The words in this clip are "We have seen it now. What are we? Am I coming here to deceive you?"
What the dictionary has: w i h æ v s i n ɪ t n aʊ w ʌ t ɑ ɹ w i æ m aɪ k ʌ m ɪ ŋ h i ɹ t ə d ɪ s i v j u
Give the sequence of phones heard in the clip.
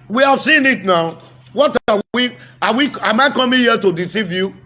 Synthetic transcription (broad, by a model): w i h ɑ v s i n ɪ t n aʊ w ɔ t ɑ w w i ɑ m aɪ k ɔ m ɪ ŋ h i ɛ t ə d ɪ s i v j u